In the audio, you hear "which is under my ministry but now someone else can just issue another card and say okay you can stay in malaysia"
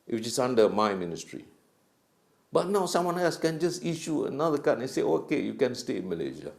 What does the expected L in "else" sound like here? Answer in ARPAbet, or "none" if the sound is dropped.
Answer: none